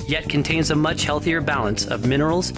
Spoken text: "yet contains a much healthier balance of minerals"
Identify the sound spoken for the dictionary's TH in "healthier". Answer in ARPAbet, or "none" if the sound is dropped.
TH